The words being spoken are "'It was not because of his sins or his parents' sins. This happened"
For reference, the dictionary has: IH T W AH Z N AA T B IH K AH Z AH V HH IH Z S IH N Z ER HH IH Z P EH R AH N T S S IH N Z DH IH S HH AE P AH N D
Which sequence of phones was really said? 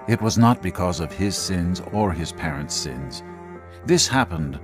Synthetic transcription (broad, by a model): IH T W AH Z N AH T B IH K AH Z AH V IH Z S IH N Z ER IH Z P EH R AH N T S S IH N Z DH IH S HH AE P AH N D